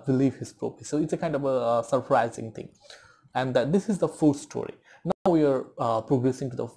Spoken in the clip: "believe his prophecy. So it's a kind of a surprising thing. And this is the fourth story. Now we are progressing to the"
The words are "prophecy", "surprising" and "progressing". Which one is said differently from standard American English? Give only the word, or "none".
prophecy